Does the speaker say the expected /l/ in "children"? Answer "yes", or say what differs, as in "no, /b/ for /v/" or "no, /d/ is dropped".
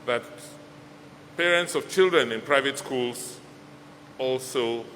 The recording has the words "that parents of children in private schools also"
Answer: yes